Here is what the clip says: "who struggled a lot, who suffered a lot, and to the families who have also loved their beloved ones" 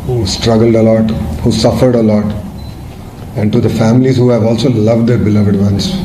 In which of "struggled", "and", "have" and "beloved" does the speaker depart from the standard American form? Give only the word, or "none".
none